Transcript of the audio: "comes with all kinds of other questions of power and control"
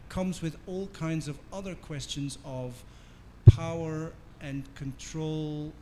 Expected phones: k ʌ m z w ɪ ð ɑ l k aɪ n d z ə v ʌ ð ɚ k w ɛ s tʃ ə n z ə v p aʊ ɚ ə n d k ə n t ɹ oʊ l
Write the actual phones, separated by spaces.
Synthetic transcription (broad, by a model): k ʌ m z w ɪ ð ɑ l k aɪ n d z ə v ʌ ð ɚ k w ɛ s tʃ ə n z ə v p aʊ ɚ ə n k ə n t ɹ oʊ l